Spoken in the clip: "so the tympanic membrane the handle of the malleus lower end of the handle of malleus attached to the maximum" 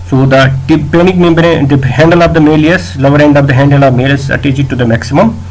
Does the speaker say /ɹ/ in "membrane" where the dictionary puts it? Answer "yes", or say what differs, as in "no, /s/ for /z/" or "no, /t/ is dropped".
no, /ɹ/ is dropped